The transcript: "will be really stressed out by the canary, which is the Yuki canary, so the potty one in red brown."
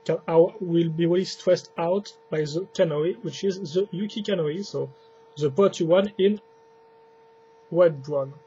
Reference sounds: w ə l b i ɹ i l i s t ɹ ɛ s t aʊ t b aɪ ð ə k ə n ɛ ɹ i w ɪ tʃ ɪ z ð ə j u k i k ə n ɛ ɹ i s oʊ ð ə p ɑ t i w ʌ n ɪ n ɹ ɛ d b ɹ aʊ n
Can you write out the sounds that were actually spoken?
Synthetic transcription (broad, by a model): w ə l b i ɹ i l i s t ɹ ɛ s t aʊ t b aɪ ð ə k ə n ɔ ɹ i w ɪ tʃ ɪ z ð ə j u k i k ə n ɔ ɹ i s oʊ ð ə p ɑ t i w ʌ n ɪ n w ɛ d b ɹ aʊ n